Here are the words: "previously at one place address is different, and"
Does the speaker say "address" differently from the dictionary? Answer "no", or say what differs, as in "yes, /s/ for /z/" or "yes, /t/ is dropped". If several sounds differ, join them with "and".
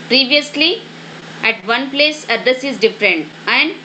yes, /ɹ/ is dropped